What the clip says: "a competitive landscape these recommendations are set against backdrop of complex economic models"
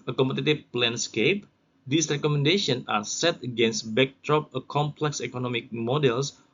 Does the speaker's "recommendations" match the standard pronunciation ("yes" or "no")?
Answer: no